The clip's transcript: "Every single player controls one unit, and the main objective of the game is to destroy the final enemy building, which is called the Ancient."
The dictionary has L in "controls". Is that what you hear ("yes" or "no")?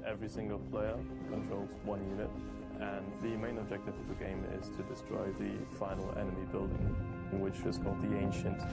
yes